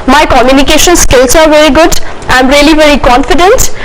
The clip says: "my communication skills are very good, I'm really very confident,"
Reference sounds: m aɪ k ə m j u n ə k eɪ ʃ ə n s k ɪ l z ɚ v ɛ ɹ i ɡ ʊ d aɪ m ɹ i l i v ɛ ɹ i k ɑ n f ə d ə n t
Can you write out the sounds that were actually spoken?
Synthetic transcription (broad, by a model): m aɪ k ə m j u n ə k eɪ ʃ ə n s k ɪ l s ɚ v ɛ ɹ i ɡ ʊ d aɪ m ɹ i l i v ɛ ɹ i k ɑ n f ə d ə n t